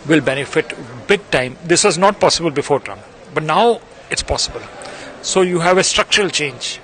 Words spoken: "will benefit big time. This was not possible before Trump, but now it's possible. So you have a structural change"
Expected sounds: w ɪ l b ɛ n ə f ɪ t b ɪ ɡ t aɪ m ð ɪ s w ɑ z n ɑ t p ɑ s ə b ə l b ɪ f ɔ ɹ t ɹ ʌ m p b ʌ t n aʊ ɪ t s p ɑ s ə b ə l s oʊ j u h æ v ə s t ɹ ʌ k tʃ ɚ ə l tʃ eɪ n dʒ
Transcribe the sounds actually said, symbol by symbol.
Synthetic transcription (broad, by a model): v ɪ l b ɛ n ə f ɪ t b ɪ ɡ t aɪ m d ɪ s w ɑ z n ɑ t p ɑ s ə b ə l b ɪ f ɔ ɹ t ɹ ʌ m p b ʌ t n aʊ ɪ t s p ɑ s ə b ə l s oʊ j u h æ v ə s t ɹ ʌ k tʃ ɚ ə l tʃ eɪ n dʒ